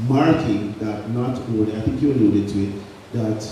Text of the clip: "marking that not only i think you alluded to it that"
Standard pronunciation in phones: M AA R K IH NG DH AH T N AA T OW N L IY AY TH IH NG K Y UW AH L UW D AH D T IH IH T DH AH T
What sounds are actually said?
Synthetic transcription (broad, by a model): M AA R K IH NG DH AH T N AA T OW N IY AY TH IH NG K Y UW AH L UW D AH D T IH IH T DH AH T